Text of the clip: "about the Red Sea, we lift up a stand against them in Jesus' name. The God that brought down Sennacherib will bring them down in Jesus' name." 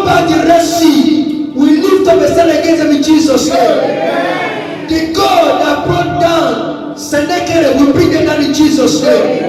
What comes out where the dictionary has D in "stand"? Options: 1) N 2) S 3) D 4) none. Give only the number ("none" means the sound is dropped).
4